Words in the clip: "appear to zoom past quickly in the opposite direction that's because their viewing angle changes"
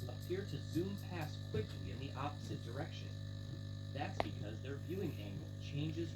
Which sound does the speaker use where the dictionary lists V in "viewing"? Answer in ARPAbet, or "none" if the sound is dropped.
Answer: V